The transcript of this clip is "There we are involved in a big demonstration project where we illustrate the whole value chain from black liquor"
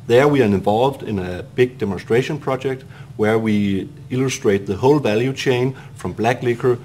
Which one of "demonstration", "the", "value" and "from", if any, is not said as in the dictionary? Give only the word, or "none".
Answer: none